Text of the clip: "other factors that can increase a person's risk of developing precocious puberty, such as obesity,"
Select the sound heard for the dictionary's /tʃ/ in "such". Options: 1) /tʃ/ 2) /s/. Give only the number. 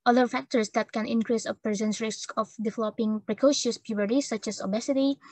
1